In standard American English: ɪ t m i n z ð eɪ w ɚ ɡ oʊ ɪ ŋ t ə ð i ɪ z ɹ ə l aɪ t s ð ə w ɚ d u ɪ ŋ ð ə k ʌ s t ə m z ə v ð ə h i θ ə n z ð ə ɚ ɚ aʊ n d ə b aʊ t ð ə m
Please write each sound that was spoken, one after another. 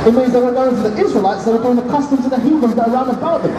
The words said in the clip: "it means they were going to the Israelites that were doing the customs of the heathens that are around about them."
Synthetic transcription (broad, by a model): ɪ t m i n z ð eɪ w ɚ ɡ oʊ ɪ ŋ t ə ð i ɪ z ɹ ə l aɪ t s ð ə w ɚ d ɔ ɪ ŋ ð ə k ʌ s t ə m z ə ð ə h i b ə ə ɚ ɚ aʊ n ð ə b aʊ t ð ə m